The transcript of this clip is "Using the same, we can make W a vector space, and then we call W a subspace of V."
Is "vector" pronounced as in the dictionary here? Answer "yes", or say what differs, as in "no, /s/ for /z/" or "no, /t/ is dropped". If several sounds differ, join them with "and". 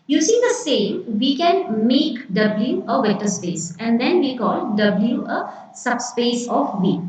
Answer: no, /k/ is dropped